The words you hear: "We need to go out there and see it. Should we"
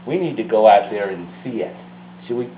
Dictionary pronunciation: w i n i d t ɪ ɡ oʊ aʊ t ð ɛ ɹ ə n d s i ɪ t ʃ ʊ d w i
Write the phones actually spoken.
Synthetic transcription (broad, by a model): w i n i d t ɪ ɡ oʊ aʊ t ð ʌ ɹ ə n s i ɪ t s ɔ w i